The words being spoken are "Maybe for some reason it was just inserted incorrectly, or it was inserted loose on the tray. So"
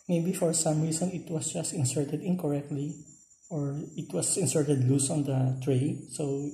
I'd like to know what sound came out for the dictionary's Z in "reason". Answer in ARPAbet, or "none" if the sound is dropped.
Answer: S